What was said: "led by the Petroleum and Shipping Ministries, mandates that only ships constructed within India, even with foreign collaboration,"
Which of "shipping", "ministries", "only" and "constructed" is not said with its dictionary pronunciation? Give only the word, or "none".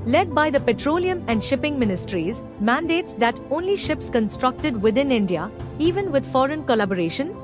none